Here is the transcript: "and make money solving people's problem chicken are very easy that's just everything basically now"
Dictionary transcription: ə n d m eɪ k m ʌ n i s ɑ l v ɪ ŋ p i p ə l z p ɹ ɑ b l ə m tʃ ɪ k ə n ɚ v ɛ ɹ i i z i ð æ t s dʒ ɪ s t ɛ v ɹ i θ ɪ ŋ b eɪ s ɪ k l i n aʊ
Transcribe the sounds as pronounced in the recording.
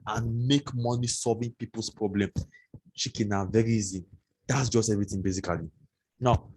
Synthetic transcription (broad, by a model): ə n m eɪ k m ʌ n i s ɑ l v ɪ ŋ p i p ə l s p ɹ ɑ b l ə m ʃ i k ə n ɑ v ɛ ɹ i i z i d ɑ t s dʒ ɪ s t ɛ v ɹ i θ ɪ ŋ b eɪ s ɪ k l i n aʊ